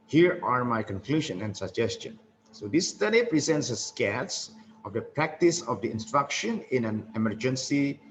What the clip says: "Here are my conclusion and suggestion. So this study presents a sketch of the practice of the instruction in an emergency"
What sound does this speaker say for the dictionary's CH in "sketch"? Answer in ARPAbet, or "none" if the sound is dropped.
S